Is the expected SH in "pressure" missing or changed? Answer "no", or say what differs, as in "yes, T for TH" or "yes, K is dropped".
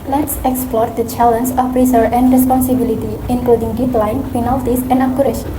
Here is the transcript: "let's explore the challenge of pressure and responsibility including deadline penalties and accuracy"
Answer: yes, S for SH